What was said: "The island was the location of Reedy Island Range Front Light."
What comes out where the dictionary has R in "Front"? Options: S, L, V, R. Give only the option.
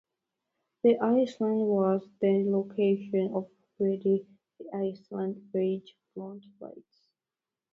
L